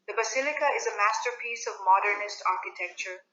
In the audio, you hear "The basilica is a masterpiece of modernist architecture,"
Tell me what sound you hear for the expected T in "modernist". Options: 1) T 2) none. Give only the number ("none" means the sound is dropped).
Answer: 1